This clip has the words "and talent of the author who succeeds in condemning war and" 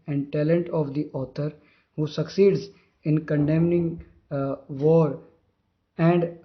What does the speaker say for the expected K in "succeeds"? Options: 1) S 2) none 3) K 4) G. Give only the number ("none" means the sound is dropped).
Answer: 3